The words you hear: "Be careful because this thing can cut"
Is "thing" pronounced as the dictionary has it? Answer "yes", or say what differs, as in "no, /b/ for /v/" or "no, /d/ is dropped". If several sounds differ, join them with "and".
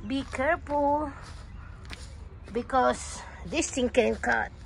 no, /t/ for /θ/